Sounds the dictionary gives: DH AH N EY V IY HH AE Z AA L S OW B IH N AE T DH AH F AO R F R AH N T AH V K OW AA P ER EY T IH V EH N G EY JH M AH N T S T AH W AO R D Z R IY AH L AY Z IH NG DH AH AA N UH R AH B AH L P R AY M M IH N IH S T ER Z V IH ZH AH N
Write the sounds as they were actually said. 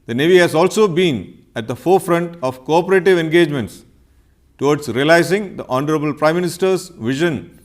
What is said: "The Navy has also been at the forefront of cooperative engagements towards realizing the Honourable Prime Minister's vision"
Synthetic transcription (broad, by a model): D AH N EY V IY HH AE Z AA L S OW B IH N AE T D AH F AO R F R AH N T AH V K OW AA P ER EY T IH V EH N G EY JH M AH N T S T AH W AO R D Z R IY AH L AY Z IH NG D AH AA N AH R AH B AH L P R AY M M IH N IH S T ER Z V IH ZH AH N